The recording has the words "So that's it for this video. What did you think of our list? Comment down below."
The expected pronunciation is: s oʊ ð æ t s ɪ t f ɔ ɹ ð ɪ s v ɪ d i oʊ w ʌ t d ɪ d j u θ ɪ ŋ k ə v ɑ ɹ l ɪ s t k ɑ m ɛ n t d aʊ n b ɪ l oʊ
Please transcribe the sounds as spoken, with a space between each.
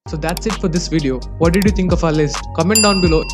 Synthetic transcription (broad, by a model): s oʊ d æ t s ɪ t f ɔ ɹ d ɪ s v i d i oʊ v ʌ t d ɪ d j u t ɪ ŋ k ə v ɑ l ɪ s k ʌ m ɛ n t d aʊ n b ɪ l oʊ